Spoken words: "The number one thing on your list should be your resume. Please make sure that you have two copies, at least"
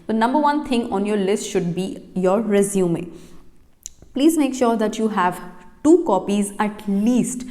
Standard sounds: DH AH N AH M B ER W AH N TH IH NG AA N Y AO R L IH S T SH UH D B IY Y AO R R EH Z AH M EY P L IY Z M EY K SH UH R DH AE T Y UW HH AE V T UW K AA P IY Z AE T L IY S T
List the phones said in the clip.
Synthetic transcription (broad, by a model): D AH N AH M B ER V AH N T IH NG AA N Y AO R L IH S T SH UH D B IY Y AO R R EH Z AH M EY P L IY Z M EY K SH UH R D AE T Y UW HH AE V T UW K AA P IY Z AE T L IY S T